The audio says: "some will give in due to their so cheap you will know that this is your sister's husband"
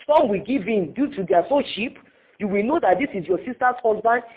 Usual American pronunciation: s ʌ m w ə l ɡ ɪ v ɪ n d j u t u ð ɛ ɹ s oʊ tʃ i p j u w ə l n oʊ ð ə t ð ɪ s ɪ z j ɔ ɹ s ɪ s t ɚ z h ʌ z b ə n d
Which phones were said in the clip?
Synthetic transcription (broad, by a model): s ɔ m w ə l ɡ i v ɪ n d j u t u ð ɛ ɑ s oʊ ʃ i p j u w ə l n oʊ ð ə t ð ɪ s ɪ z j ɔ s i s t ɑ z h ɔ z b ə n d